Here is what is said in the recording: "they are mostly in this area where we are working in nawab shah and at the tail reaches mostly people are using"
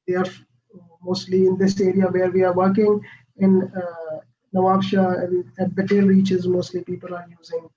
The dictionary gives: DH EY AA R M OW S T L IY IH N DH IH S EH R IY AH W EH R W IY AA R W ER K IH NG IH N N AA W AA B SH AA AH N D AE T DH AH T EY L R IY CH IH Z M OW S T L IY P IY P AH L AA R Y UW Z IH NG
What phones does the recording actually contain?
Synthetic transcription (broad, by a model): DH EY AA R M OW S T L IY IH N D IH S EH R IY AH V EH R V IY AA R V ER K IH NG IH N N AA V AA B SH AA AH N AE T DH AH T EY L R IY CH IH Z M OW S T L IY P IY P AH L AA R Y UW Z IH NG